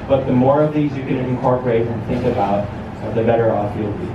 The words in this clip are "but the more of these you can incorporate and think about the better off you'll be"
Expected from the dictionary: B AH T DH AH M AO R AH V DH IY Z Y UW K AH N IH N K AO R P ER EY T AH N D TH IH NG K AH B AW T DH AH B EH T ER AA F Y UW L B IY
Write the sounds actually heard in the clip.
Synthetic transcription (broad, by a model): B AH T DH AH M AO R AH V DH IY Z Y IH K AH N IH N K AO R P ER EY T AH N TH IH NG K AH B AW T DH AH B EH T ER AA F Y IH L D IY